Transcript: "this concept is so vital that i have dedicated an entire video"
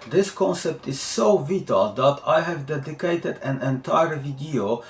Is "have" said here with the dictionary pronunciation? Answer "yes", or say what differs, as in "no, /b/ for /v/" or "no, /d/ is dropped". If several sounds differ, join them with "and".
yes